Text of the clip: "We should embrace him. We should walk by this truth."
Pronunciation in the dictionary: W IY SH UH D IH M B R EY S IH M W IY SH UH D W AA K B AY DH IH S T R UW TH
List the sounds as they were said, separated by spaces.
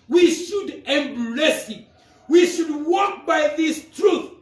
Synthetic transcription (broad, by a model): W IY SH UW D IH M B L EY S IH W IY SH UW D W AA K B AY DH IH S T R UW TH